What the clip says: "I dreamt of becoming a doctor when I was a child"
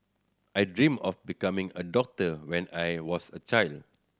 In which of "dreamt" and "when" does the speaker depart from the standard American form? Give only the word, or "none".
dreamt